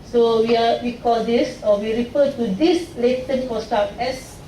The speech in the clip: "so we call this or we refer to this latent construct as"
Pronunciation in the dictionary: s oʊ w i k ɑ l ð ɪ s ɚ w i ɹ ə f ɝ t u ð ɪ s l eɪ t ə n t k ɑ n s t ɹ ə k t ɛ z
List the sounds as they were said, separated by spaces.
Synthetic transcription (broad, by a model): s oʊ w i k ɑ l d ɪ s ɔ w i ɹ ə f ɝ t u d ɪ s l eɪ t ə n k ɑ s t ə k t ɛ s